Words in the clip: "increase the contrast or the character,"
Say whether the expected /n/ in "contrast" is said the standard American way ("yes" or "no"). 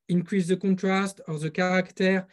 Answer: no